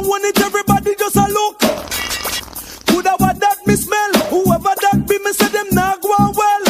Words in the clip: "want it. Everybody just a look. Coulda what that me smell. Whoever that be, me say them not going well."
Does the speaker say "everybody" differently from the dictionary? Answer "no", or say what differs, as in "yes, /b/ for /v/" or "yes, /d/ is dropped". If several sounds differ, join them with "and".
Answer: no